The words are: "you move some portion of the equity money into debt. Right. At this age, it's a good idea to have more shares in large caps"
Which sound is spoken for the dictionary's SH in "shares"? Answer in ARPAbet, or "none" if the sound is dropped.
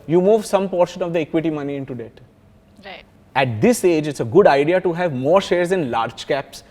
SH